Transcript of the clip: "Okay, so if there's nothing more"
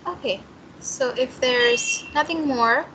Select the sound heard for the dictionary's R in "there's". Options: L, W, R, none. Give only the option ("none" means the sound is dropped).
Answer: R